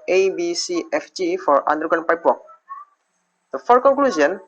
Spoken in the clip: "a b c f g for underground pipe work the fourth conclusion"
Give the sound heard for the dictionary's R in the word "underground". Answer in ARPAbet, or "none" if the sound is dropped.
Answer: none